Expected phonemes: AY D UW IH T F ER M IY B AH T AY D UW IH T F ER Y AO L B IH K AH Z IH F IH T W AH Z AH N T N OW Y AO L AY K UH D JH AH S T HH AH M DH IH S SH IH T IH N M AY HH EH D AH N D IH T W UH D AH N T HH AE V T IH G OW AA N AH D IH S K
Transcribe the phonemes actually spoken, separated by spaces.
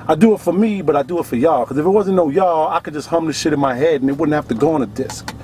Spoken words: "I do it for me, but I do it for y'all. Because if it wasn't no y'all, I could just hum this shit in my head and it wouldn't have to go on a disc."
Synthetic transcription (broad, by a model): AY D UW IH T F ER M IY B AH T AY D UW IH T F ER Y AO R K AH Z IH F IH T W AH Z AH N N OW Y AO AY K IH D JH AH S T HH AH M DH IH SH IH T IH N M AY HH EH D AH N IH T W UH D N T HH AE F T IH G OW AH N AH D IH S K